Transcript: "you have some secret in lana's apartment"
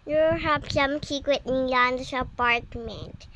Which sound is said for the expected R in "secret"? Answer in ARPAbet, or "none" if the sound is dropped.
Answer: W